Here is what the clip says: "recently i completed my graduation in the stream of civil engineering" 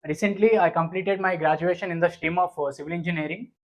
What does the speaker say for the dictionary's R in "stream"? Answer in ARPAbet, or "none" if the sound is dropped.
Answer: none